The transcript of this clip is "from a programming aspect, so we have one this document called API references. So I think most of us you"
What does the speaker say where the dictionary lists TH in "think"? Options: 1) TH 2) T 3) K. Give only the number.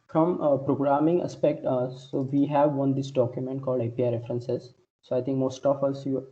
2